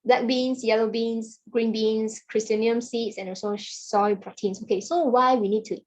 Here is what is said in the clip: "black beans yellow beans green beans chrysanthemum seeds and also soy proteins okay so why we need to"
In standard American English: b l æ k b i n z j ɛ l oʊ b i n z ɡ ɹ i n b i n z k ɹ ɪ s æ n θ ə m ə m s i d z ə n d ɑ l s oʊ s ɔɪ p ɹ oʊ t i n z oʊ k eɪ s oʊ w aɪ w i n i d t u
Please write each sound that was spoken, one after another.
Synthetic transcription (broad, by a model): b l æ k b i n s j ɛ l oʊ b i n s ɡ ɹ i n b i n s k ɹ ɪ s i n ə ə m s i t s ə n d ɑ s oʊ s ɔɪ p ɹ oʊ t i n s oʊ k eɪ s oʊ w aɪ w i n i d t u